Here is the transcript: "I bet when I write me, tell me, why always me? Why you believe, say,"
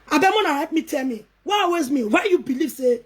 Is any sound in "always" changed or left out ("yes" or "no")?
yes